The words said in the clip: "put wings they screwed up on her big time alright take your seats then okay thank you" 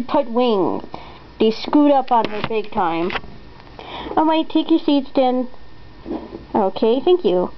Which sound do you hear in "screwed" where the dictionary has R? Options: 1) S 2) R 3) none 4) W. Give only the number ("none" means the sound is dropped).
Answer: 3